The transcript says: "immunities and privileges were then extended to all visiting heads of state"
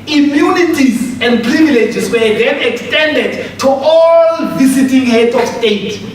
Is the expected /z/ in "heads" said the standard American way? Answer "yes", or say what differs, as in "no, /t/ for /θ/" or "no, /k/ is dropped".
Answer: no, /z/ is dropped